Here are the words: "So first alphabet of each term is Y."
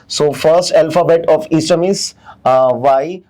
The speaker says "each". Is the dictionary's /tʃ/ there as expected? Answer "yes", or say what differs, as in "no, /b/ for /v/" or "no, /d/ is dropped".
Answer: no, /s/ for /tʃ/